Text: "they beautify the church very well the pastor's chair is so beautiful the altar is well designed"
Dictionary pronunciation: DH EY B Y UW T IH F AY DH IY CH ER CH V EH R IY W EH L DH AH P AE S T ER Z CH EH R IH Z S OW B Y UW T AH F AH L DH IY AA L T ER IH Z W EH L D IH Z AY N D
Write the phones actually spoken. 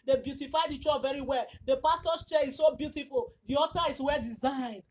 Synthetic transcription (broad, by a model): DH EY B Y UW T IH F AY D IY CH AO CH V EH R IY W EH L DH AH P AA S T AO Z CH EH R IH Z S OW B Y UW T AH F AH L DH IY AA T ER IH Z W EH L D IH Z AY N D